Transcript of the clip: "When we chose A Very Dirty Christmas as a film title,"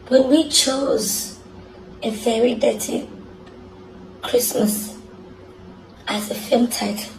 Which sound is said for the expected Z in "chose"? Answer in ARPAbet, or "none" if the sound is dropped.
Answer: Z